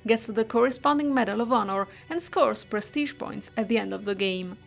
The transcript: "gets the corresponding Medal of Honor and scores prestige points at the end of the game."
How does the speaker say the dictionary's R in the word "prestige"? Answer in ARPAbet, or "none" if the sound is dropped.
R